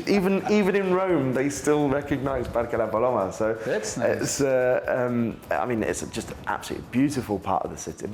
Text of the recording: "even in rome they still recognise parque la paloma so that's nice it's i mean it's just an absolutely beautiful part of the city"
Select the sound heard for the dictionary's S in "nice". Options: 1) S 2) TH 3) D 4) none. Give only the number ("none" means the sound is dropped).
4